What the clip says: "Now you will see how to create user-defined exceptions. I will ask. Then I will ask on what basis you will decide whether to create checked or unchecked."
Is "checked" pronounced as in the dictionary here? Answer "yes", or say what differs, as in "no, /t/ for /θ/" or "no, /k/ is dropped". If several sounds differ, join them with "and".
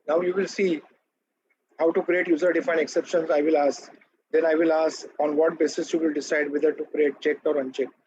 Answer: yes